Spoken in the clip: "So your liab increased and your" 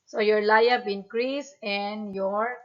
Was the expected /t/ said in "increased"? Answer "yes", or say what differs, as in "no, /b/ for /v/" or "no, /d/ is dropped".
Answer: no, /t/ is dropped